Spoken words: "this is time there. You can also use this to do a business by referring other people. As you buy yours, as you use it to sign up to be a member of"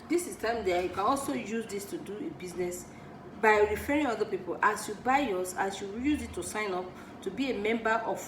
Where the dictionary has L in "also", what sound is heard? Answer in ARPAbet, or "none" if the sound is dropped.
L